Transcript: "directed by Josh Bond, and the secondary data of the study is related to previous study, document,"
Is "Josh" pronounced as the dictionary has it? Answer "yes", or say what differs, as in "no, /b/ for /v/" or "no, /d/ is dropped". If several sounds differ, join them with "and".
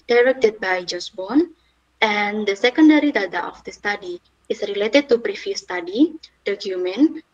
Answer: no, /s/ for /ʃ/